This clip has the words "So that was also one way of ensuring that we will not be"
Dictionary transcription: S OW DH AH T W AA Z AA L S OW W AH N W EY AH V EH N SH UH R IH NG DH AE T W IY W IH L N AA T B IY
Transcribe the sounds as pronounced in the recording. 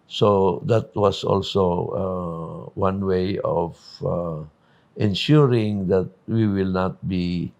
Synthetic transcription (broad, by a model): S OW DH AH T W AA S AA L S OW W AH N W EY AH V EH N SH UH R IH NG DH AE T W IY W IH L N AA T B IY